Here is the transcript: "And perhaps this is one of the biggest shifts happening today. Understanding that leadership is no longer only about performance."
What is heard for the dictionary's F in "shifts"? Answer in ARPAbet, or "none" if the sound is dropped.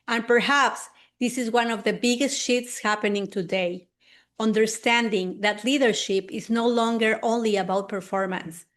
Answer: none